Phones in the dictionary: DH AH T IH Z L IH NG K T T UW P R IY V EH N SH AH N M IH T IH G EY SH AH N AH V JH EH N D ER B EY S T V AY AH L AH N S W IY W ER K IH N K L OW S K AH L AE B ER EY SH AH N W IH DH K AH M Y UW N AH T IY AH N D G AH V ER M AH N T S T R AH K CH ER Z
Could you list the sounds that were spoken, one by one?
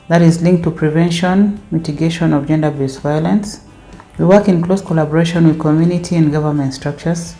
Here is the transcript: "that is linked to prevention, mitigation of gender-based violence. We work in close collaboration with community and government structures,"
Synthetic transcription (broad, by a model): DH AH T IH Z L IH NG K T T UW P R IY V EH N SH AH N M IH T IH G EY SH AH N AH V JH EH N D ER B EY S V AY AH L AH N S W IY W ER K IH N K L OW S K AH L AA B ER EY SH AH N W IH DH K AH M Y UW N AH T IY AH N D G AH V ER M AH N T S T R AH K CH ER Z